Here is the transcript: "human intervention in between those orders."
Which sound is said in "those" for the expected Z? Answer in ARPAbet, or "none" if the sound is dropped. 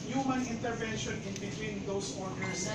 S